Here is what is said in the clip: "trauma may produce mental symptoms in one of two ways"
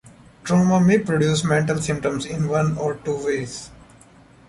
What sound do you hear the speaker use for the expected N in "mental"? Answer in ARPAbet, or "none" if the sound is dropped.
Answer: N